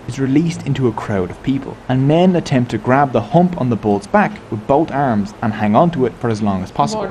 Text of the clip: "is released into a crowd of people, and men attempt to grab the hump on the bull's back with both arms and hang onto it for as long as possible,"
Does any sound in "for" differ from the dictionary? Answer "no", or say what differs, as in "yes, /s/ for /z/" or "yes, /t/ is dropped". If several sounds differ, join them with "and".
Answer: no